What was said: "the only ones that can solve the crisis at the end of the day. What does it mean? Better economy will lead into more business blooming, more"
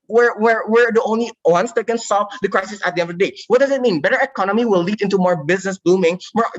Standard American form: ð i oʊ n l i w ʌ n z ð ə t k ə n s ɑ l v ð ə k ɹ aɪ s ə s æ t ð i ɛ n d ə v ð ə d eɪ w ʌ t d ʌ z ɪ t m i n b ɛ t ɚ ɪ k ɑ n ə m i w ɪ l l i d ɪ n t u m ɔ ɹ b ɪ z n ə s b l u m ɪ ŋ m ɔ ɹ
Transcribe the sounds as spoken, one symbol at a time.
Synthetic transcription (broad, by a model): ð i oʊ n l i w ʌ n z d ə t k ə n s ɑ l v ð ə k ɹ aɪ s ə s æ t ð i ɛ n d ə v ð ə d eɪ w ʌ t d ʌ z ɪ t m i n b ɛ t ɚ ɪ k ɑ n ə m i w ɪ l l i d ɪ n t u m ɔ ɹ b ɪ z n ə s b u m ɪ ŋ m ɔ ɹ